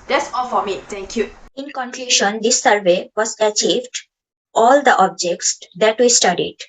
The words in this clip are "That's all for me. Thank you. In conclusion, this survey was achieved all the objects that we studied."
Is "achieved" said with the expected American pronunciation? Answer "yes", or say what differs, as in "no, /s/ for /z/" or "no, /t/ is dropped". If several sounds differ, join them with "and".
yes